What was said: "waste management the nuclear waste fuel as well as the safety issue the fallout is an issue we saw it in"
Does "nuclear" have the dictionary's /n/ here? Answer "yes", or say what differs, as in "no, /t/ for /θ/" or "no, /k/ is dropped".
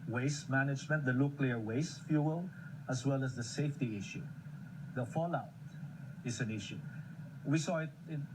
no, /l/ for /n/